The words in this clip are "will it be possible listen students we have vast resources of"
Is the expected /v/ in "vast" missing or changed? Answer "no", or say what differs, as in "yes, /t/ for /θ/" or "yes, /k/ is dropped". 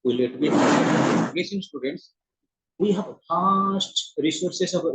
yes, /p/ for /v/